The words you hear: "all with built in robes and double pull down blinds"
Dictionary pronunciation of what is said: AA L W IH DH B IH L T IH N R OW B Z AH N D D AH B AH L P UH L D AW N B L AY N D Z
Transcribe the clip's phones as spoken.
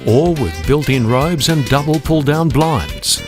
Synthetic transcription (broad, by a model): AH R W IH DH B IH L T IH N R OW B Z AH N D D AH B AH L P UH L D AW N B L AY N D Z